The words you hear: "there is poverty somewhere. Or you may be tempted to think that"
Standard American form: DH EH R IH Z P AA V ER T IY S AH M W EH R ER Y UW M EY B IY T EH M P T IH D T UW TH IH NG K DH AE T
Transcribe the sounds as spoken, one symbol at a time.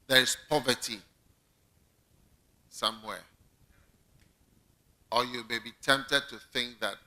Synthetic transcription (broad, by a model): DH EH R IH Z P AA V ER T IY S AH M W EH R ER Y UW M EY B IY T EH M P T IH D T UW TH IH NG K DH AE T